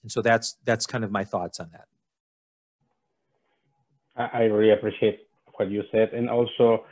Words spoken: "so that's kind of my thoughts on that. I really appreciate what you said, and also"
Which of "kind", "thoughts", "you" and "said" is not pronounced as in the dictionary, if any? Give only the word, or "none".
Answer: none